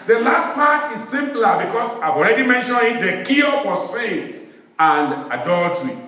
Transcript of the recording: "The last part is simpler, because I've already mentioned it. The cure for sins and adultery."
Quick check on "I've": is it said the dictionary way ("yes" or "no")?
yes